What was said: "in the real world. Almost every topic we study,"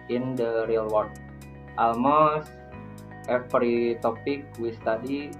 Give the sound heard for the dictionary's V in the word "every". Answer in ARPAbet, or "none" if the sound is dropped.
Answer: P